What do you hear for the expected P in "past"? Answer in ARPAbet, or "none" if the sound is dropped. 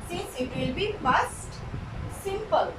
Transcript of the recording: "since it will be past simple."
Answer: F